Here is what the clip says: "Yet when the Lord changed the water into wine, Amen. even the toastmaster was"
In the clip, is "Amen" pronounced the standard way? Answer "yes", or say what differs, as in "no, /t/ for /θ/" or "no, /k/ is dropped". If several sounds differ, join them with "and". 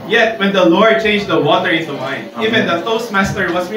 no, /m/ is dropped